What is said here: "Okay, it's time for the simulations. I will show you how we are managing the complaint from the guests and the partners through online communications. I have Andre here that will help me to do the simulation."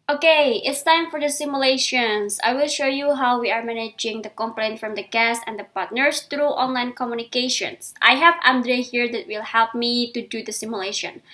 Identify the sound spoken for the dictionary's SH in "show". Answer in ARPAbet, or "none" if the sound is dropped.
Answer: SH